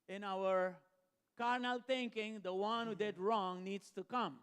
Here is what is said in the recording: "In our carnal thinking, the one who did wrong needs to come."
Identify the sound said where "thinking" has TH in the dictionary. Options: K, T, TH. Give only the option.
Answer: T